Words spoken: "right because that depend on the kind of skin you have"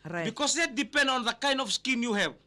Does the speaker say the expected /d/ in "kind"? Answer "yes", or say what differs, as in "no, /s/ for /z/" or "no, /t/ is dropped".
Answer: yes